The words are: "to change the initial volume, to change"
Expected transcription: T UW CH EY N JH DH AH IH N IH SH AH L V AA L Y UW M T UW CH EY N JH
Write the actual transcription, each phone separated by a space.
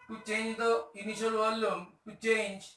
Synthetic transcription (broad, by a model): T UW CH EY N JH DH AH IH N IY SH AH L W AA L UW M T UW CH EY N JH